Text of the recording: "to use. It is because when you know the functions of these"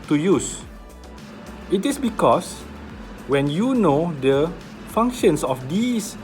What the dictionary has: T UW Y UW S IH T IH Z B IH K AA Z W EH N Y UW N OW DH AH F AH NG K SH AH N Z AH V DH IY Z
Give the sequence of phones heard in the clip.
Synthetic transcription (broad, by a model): T UW Y UW S IH T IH S B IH K AA S W EH N Y UW N OW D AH F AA NG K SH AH N S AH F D IY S